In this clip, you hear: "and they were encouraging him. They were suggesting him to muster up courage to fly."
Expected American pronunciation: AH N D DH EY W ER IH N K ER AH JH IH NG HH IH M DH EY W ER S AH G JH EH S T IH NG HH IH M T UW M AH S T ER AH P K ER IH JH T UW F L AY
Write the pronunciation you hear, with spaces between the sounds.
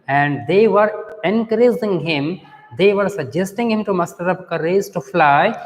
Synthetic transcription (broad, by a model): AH N D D EY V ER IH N K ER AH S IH NG HH IH M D EY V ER S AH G JH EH S T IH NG HH IH M T UW M AH S T ER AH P K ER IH Z T UW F L AY